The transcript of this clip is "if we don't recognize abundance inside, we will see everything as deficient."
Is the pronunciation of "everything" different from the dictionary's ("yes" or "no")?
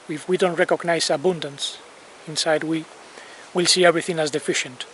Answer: no